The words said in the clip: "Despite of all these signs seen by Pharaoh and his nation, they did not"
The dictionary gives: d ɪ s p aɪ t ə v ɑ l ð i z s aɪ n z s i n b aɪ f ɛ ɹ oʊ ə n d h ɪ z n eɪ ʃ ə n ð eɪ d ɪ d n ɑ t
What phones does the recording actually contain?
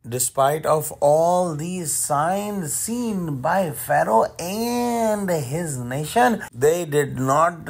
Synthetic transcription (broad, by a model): d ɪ s p aɪ t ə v ɑ l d i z s aɪ n z s i n b aɪ f ɛ ɹ oʊ ə n d h ɪ z n eɪ ʃ ə n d eɪ d ɪ d n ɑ t